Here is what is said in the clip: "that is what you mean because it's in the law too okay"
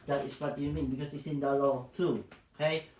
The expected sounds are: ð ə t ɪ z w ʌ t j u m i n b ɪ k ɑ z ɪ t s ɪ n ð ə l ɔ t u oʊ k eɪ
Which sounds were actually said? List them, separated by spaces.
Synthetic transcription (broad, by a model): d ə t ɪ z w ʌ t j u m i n b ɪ k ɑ s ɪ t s ɪ n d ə l ɔ t u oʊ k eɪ